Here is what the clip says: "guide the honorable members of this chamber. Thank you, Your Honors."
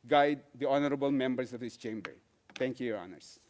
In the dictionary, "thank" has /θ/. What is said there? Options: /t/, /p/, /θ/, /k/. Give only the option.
/t/